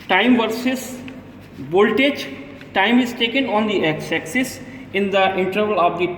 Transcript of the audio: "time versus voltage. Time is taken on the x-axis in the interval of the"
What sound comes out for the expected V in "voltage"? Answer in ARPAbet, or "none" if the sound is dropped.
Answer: B